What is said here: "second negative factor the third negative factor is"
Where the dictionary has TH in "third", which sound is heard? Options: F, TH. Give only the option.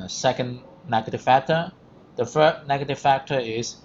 F